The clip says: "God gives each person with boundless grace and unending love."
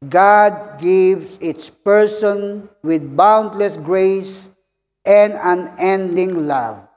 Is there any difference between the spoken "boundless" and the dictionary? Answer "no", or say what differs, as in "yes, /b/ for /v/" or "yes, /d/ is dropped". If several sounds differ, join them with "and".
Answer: no